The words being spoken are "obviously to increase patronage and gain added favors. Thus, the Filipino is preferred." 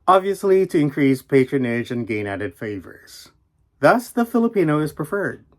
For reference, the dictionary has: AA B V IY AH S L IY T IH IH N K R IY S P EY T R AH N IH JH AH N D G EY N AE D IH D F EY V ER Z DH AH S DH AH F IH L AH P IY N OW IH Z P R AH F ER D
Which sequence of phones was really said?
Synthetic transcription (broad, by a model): AA B V IY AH S L IY T IH IH N K R IY S P EY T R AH N IH JH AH N G EY N AE D IH D F EY V ER Z DH AH S DH AH F IH L AH P IY N OW IH Z P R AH F ER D